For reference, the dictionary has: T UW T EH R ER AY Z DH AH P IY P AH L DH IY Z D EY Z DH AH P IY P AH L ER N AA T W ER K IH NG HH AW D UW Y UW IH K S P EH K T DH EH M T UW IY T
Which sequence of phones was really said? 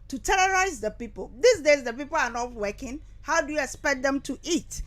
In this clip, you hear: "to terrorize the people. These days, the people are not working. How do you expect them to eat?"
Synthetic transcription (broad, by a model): T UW T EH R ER AY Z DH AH P IY P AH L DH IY S D EY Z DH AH P IY P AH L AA N AA T W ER K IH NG HH AW D UW Y UW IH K S P EH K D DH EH M T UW IY T